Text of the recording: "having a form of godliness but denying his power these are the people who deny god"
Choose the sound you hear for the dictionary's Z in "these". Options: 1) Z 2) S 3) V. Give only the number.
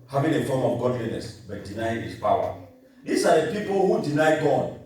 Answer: 2